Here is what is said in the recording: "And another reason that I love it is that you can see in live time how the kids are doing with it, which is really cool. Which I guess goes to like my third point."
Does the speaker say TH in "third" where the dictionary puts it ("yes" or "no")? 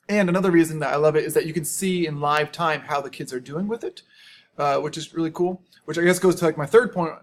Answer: yes